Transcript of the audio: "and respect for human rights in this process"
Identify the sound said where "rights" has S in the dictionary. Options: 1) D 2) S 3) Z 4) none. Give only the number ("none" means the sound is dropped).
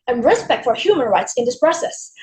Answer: 2